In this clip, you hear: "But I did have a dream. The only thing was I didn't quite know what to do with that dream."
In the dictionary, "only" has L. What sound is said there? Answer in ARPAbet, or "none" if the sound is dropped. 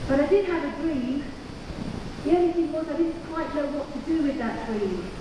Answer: none